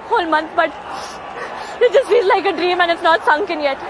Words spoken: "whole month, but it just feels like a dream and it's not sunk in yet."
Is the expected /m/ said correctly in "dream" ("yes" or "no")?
yes